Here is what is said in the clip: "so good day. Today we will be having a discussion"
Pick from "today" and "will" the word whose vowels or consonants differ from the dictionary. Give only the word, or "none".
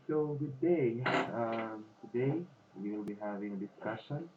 will